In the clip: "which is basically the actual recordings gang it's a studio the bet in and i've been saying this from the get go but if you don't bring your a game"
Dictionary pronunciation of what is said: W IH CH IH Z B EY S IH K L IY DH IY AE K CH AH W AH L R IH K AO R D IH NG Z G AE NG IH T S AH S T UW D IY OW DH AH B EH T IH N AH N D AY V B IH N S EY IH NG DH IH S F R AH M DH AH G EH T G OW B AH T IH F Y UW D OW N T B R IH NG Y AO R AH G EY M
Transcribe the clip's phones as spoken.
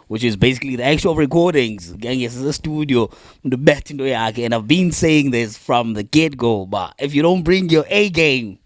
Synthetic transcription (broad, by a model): W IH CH IH Z B EY S IH K L IY DH IY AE K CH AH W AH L R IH K AO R D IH NG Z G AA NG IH S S AH S T UW D IY OW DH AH B EH T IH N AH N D AY V B IH N S EY IH NG DH IH S F R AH M DH AH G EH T G OW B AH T IH F Y UW D OW N T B R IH NG Y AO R AH G EY M